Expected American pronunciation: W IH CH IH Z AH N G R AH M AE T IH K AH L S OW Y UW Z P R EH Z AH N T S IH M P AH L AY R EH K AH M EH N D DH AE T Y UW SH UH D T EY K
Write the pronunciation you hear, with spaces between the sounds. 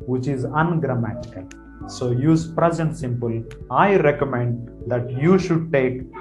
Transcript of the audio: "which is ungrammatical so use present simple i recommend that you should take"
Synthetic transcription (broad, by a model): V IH CH IH Z AH N G R AH M AE T IH K AH L S OW Y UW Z P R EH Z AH N T S IH M P AH L AY R EH K AH M EH N D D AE T Y UW SH UH D T EY K